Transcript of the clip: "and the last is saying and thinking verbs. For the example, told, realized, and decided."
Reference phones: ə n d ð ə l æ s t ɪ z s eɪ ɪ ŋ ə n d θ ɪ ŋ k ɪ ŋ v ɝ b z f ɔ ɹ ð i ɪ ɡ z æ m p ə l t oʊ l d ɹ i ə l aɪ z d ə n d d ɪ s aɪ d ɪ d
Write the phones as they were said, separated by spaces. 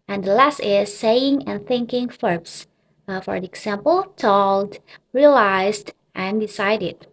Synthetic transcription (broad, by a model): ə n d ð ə l æ s t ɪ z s eɪ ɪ ŋ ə n θ ɪ ŋ k ɪ ŋ f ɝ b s f ɔ ɹ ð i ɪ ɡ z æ m p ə l t oʊ l d ɹ i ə l aɪ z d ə n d d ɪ s aɪ d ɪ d